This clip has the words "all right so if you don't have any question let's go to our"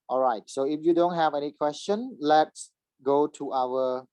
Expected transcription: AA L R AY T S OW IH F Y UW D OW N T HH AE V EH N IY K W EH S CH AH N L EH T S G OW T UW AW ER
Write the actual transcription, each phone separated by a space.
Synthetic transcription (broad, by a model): AA L R AY T S OW IH F Y UW D OW N T HH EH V EH N IY K W EH S CH AH N L EH T S G OW T UW AW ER